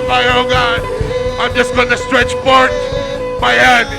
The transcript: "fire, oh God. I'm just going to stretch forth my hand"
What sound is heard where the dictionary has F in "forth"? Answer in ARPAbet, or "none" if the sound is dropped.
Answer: P